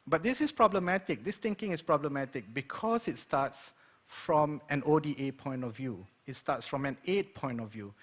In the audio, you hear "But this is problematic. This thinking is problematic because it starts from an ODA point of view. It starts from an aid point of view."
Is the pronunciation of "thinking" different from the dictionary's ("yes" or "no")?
yes